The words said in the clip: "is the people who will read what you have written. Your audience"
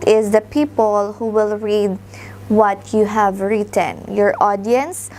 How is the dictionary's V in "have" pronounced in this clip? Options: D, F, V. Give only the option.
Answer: V